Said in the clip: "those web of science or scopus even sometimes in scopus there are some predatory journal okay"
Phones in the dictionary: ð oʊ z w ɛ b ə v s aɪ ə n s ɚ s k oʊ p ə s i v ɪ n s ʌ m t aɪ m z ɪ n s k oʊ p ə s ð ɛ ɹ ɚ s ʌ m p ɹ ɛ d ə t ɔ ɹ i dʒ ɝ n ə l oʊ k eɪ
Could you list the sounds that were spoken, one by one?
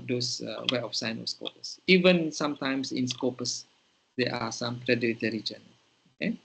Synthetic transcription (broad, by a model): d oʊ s w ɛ ə f s aɪ n ɔ s k oʊ p ə s i v ɪ n s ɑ m t aɪ m s ɪ n s k oʊ p ə s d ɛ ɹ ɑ s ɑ m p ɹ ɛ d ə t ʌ ɹ i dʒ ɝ n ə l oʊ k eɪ